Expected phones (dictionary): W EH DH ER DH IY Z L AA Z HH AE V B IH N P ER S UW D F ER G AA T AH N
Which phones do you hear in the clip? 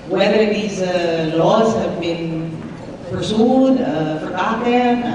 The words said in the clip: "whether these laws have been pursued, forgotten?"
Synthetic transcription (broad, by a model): W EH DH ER DH IY Z L AA Z HH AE V B IH N P ER S UW D F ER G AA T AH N